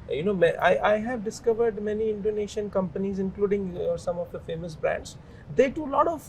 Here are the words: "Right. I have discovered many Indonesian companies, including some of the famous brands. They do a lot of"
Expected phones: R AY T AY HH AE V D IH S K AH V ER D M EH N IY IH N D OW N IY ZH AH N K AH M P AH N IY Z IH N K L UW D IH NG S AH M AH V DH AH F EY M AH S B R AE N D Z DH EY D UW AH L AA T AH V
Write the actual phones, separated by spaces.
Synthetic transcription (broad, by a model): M AY T AY HH AE V D IH S K AH V ER D M EH N IY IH N D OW N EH SH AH N K AH M P AH N IY Z IH N K L UW D IH NG S AH M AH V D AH F EY M AH S B R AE N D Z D EY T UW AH L AA T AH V